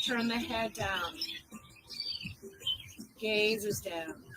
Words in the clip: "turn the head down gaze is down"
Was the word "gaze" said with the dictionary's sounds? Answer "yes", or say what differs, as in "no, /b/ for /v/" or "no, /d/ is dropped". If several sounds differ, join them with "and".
yes